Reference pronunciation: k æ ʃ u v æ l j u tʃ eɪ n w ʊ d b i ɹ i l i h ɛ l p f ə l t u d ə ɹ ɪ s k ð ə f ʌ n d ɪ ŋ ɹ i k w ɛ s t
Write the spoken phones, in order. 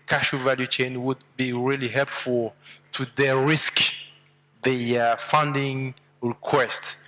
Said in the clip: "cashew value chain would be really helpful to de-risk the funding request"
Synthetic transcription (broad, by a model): k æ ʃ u v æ l j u tʃ eɪ n w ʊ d b i ɹ i l i h ɛ l p f ə l t u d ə ɹ ɪ s k ð ə f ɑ n d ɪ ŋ ɹ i k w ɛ s t